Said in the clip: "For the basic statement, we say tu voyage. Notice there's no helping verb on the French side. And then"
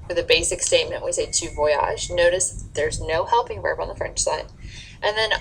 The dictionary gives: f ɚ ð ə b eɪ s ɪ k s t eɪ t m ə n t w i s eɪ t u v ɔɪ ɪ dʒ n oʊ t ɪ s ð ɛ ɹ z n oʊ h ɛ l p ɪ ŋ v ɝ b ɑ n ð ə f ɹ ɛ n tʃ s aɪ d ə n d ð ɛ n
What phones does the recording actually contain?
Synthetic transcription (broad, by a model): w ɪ ð ə b eɪ s ɪ k s t eɪ t m ə n t w i s eɪ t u v ɔɪ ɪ ʒ n oʊ t ɪ s ð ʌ ɹ z n oʊ h ɛ l p ɪ ŋ v ɝ b n ð ə f ɹ ɛ n tʃ s aɪ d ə n ð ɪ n